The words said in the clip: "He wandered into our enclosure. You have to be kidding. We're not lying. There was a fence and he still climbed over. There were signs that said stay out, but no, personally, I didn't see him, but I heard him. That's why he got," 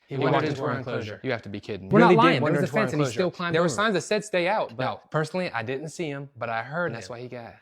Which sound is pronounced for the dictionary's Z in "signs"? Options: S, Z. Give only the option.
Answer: Z